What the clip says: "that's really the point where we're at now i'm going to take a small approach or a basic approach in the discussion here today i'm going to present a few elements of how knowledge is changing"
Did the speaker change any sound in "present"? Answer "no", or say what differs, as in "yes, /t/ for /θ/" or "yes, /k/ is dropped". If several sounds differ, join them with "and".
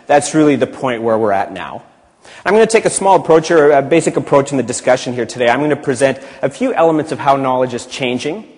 no